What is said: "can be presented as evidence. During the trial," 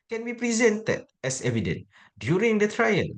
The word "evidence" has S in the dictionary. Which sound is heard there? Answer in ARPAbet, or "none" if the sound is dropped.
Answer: none